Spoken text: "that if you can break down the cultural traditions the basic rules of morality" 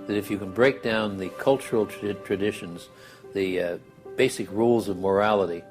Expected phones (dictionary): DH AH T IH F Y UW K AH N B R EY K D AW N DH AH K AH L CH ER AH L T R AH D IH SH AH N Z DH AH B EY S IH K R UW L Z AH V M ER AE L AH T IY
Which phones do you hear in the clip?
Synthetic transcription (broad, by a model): DH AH T IH F Y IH K AH N B R EY K D AW N DH AH K AH L CH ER L T R AH D IH SH AH N Z DH AH B EY S IH K R UW L Z AH V M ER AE L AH T IY